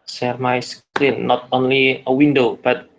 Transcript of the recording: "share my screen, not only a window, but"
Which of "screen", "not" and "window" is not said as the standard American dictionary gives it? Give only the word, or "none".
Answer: screen